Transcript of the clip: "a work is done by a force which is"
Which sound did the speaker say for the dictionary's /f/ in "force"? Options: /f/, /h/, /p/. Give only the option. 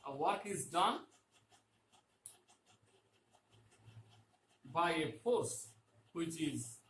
/p/